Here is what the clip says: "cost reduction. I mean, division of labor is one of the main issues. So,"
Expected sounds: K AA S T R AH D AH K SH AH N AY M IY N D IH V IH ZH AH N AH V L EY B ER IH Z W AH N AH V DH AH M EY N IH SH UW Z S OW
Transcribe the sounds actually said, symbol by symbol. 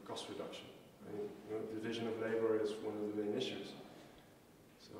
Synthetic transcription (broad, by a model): K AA S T R AH D AH K SH AH N AY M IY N D IH V IH ZH AH N AH V L EY B ER IH Z W AH N AH V DH AH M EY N IH SH UW Z S OW